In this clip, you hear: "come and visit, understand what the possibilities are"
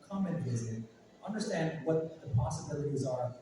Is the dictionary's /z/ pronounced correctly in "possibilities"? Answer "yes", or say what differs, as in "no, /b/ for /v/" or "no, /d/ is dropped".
yes